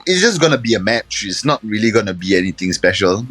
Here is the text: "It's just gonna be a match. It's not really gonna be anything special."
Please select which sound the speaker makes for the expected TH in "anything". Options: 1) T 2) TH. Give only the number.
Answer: 1